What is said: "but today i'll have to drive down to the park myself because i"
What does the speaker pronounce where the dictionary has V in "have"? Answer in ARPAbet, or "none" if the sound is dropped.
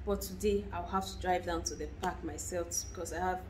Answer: F